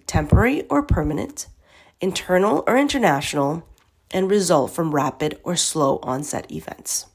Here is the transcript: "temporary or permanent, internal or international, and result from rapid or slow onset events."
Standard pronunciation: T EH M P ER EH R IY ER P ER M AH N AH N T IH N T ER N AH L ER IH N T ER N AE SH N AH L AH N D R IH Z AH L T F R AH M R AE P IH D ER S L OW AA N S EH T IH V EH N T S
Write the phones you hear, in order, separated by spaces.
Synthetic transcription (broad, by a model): T EH M P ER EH R IY ER P ER M AH N AH N T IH N T ER N L ER IH N T ER N AE SH N L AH N R IH Z AH L T F R AH M R AE P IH D ER S L OW AA N S EH T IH V EH N T S